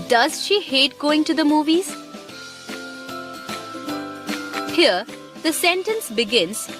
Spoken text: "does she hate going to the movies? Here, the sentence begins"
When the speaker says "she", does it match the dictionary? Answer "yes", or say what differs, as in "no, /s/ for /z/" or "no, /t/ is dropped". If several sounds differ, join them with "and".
yes